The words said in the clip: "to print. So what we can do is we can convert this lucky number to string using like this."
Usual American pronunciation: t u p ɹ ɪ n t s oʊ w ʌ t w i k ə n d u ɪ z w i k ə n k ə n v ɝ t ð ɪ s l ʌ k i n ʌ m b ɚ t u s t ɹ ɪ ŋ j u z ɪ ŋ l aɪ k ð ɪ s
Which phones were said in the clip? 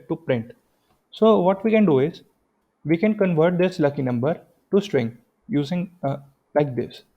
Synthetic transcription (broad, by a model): t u p ɹ ɪ n t s oʊ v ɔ t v i k ə n d u ɪ z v i k ə n k ə n v ɝ t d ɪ s l ʌ k i n ʌ m b ɚ t u s t ɹ ɪ ŋ j u z ɪ ŋ l aɪ k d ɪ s